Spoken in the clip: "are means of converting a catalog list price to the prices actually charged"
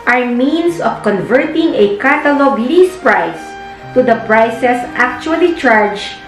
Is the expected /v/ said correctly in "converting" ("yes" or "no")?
yes